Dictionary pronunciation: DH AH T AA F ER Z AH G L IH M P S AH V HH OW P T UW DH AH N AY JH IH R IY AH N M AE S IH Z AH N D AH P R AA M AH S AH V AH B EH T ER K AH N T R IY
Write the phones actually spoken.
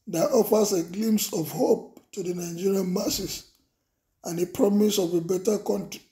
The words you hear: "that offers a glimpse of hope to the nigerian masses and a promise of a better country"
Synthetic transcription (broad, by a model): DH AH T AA F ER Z AH G L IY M S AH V HH OW P T UW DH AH N AY JH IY R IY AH N M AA S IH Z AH N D AH P R AA M AH S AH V AH B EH T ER K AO N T R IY